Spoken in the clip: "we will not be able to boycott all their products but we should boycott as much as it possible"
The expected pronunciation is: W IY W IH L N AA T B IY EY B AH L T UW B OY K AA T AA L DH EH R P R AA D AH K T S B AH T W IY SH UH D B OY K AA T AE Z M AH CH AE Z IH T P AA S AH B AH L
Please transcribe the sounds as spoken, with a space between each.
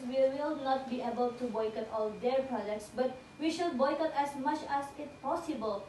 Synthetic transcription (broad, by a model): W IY W IH L N AA T B IY EY B AH L T UW B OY K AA T AA L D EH R P R AA D AH K T S B AH T W IY SH UH D B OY K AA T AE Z M AH CH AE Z IH T P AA S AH B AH L